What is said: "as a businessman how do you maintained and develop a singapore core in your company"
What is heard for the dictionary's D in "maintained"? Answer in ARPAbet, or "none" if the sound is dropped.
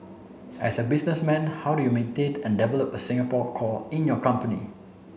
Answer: none